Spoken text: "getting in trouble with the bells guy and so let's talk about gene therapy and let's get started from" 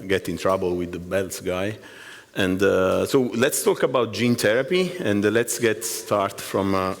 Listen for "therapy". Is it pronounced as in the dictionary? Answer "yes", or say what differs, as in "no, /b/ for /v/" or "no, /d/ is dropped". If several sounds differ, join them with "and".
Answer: no, /t/ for /θ/